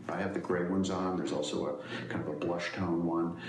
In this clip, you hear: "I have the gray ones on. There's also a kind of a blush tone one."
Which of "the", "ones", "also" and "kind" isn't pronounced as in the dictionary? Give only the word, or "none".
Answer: none